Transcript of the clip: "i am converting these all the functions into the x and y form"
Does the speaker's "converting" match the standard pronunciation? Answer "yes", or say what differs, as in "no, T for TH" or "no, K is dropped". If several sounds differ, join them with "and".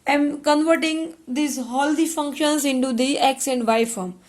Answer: yes